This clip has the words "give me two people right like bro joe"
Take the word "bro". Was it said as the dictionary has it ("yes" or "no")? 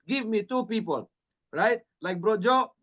yes